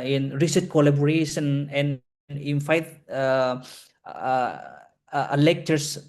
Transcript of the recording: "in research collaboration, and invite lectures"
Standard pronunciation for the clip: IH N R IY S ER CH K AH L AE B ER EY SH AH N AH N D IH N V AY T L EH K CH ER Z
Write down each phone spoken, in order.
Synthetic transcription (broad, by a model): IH N R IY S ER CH K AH L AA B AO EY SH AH N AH N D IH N F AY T L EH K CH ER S